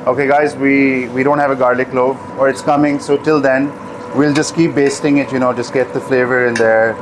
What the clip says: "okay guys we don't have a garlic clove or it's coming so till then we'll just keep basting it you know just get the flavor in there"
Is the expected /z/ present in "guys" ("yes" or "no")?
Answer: yes